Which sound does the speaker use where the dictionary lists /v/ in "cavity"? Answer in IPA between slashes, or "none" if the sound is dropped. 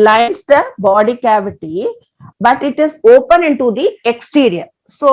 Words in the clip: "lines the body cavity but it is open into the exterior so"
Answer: /v/